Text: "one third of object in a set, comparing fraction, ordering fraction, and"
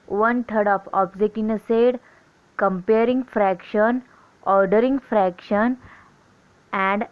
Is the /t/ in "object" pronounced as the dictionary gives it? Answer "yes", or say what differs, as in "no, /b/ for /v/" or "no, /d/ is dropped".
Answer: no, /t/ is dropped